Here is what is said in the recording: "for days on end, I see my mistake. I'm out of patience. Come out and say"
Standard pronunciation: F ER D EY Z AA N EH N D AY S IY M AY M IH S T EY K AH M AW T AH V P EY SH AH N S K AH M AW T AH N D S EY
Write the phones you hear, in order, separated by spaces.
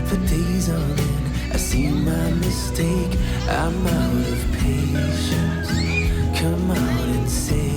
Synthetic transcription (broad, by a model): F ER D EY Z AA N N AY S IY M AY M IH S T EY K AH M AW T AH V P EY SH AH N S K AH M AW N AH N S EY